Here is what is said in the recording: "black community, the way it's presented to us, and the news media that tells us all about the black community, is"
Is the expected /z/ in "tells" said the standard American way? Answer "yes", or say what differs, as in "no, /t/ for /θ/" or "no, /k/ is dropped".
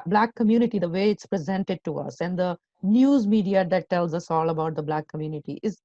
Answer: yes